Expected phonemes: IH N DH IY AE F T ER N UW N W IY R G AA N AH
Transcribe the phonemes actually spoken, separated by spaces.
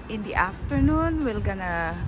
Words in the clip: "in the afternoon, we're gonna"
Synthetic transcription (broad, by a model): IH N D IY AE F T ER N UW N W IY L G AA N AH